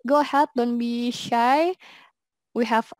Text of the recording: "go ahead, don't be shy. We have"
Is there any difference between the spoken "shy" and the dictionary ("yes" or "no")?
no